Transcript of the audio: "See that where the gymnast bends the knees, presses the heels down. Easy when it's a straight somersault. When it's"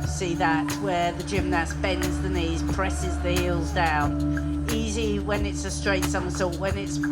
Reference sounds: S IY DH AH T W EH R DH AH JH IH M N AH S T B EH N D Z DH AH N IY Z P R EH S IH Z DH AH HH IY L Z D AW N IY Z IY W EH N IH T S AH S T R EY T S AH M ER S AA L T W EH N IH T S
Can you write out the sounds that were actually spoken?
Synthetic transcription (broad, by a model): S IY DH AH T W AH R DH AH JH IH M N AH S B EH N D Z DH AH N IY Z P R EH S IH Z DH AH HH IY L Z D AW N IY Z IY W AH N IH T S AH S T R EY T S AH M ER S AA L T W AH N IH T S